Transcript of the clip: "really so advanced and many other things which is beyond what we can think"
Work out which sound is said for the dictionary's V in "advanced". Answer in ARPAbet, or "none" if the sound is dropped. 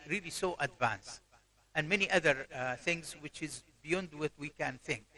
V